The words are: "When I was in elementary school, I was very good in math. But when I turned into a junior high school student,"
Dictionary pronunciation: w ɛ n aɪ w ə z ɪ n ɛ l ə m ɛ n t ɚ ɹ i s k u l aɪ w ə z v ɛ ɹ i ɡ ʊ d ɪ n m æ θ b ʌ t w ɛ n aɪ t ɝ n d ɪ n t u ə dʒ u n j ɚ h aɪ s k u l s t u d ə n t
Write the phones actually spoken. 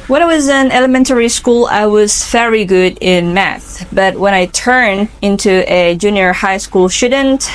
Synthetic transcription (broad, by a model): w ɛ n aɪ w ə z ɪ n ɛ l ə m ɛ n t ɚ ɹ i s k u l aɪ w ə z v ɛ ɹ i ɡ ʊ d ɪ n m æ θ b ʌ t w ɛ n aɪ t ɝ n ɪ n t u ə dʒ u n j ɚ h aɪ s k u l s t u d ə n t